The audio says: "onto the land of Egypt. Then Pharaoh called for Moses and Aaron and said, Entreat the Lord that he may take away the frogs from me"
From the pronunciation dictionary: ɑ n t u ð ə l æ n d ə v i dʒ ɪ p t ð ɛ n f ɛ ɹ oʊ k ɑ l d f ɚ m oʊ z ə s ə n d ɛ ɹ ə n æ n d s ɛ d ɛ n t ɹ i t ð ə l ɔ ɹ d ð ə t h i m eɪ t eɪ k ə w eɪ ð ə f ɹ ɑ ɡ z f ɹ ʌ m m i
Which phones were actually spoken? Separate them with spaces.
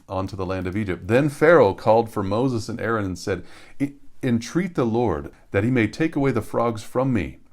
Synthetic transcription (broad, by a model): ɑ n t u ð ə l æ n d ə v i dʒ ɪ p t ð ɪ n f ɛ ɹ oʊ k ɑ l d f ɚ m oʊ z ə s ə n ɛ ɹ ə n n s ɛ d ɛ n t ɹ i t ð ə l ɔ ɹ d ð ə t h i m eɪ t eɪ k ə w eɪ ð ə f ɹ ɑ ɡ z f ɹ ʌ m m i